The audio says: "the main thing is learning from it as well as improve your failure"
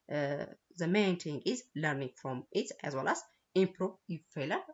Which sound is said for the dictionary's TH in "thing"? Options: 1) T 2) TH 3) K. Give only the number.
1